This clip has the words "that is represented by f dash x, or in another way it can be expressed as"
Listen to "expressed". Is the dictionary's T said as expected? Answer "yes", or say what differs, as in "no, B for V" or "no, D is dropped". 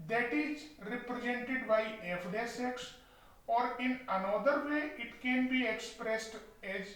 yes